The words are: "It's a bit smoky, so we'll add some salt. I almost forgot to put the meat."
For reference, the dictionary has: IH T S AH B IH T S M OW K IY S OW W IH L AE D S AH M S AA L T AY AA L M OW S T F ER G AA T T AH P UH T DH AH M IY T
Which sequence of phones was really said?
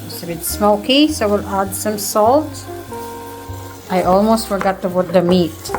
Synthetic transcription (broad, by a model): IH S AH B IH T S M OW K IY S OW W IH L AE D S AH M S AA L T AY AA L M OW S T F ER G AA T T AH B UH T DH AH M IY T